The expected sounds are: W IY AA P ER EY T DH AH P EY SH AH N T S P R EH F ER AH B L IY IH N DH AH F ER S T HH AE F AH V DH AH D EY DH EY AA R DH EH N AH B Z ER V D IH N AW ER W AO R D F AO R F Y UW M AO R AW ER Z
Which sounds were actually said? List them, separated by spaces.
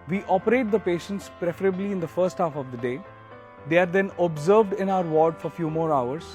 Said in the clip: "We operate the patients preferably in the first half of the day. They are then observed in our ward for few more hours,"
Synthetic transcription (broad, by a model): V IY AA P ER EY T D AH P EY SH AH N T S P R EH F ER AH B L IY IH N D AH F ER S T HH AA F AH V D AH D EY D EY AA R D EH N AH B Z ER V D IH N AW ER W AO R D F AO R F Y UW M AO R AW ER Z